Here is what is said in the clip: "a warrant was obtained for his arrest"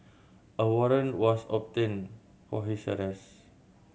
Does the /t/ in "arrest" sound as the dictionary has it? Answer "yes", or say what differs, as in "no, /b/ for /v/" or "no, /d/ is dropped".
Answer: no, /t/ is dropped